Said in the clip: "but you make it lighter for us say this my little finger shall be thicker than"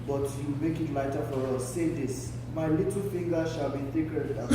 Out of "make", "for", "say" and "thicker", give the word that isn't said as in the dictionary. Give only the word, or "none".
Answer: thicker